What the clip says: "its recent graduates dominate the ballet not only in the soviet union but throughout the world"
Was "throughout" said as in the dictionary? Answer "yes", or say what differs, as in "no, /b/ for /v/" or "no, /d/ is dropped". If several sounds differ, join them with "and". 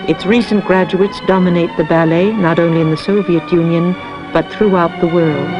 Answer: yes